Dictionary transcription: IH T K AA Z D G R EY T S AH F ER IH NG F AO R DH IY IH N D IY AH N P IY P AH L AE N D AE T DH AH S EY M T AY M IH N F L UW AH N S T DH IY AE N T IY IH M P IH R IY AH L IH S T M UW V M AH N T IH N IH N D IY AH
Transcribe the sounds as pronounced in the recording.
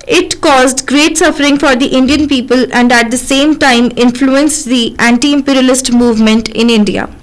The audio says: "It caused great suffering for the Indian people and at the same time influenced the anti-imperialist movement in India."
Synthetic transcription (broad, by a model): IH T K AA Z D G R EY T S AH F ER IH NG F AO R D IY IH N D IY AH N P IY P AH L AE N D AE T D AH S EY M T AY M IH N F L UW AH N S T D IY AE N T IY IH M P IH R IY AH L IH S T M UW V M AH N T IH N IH N D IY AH